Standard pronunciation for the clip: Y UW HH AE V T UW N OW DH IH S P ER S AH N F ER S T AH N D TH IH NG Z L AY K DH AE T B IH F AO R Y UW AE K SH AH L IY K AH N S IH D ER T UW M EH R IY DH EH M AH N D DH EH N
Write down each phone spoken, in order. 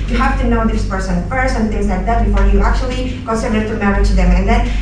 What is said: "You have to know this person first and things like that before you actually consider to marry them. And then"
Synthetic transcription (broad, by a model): Y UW HH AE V T UW N OW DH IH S P ER S AH N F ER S AH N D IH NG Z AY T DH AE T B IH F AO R Y UW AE K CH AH L IY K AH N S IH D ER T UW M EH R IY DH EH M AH N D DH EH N